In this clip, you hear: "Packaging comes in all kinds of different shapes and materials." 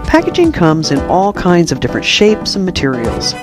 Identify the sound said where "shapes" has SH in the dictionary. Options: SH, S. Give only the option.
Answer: SH